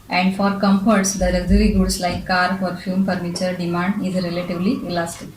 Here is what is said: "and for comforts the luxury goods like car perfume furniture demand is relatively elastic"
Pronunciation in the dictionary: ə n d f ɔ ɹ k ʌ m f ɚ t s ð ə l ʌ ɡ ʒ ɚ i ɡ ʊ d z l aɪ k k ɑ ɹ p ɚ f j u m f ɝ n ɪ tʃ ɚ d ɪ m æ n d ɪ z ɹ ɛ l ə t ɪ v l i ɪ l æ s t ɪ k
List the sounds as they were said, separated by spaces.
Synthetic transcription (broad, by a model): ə n d f ɔ ɹ k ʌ m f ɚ t s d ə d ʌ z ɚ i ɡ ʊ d s l aɪ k k ɑ ɹ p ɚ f j u m p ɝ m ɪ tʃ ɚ d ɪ m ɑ n d ɪ z ɹ ɛ l ə t ɪ v l i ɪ l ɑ s t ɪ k